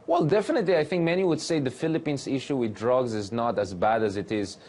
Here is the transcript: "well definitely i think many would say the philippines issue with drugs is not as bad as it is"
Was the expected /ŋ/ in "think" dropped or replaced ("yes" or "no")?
no